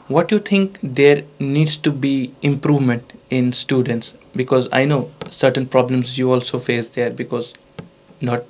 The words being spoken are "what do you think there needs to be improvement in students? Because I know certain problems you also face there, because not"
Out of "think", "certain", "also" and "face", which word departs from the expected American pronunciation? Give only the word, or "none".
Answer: think